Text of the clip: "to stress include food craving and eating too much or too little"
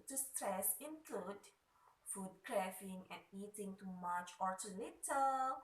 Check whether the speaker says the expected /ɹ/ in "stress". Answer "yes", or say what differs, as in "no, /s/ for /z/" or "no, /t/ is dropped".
yes